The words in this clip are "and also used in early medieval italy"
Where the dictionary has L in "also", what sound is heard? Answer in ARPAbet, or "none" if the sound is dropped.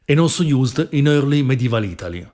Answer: none